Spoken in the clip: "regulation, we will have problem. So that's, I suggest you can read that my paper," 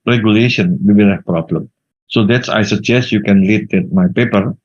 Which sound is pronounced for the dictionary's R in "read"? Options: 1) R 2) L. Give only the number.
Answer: 2